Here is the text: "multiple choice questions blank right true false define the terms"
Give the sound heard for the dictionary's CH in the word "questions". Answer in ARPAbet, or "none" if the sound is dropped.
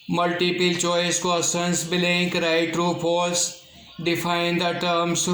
none